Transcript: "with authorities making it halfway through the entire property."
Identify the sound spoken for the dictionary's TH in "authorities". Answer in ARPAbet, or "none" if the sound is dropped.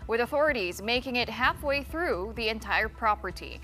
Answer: TH